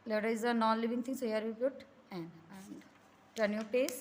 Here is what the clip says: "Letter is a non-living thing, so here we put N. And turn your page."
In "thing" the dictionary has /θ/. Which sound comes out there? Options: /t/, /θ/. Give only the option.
/t/